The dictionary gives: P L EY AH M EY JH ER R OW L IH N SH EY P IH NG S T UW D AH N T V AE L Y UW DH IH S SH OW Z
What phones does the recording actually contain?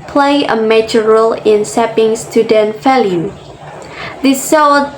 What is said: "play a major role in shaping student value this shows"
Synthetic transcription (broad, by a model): P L EY AH M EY JH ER R OW L IH N S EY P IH NG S T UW D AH N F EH L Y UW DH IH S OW